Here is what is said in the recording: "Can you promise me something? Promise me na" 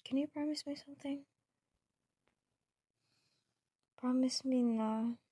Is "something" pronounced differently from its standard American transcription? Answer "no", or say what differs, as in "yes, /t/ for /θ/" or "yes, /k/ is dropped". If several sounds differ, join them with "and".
no